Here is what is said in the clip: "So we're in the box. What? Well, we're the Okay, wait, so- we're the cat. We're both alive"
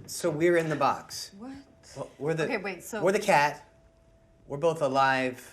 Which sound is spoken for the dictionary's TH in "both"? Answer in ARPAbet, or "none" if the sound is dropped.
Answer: TH